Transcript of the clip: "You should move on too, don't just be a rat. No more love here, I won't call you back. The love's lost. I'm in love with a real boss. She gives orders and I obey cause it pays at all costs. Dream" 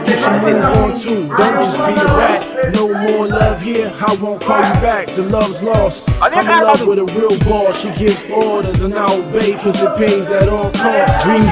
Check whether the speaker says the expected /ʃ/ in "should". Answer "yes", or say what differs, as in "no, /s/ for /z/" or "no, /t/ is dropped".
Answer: no, /s/ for /ʃ/